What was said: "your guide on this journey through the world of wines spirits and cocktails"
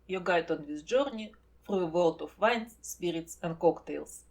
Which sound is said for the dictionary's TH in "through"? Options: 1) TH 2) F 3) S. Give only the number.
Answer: 2